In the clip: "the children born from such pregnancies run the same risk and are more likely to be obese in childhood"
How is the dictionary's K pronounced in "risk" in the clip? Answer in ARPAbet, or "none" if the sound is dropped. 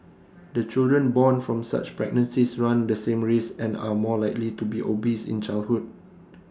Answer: none